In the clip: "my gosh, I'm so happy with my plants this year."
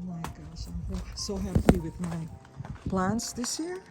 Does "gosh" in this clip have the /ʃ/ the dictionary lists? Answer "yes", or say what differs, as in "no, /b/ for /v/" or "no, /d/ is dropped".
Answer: no, /s/ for /ʃ/